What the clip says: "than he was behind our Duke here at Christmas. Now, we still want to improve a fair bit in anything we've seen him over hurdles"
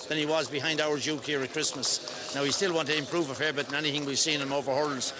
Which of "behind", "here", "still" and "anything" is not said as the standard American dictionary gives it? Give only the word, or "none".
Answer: none